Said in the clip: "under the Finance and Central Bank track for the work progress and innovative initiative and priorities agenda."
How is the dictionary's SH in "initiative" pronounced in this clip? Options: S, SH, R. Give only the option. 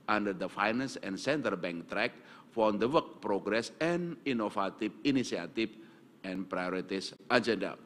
S